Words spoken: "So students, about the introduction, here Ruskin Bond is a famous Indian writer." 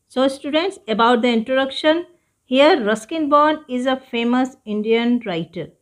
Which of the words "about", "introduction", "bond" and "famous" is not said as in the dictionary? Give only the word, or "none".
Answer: bond